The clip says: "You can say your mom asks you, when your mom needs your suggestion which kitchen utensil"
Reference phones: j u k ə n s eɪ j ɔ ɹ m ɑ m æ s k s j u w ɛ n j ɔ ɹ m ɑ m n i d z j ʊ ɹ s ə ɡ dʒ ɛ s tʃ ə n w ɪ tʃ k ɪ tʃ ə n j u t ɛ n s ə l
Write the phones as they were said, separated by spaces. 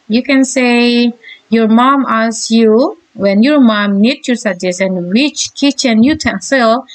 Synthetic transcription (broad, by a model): j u k ə n s eɪ j ɔ ɹ m ɑ m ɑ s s j u w ɛ n j ɔ ɹ m ɑ m n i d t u s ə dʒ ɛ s ə n w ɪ tʃ k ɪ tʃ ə n j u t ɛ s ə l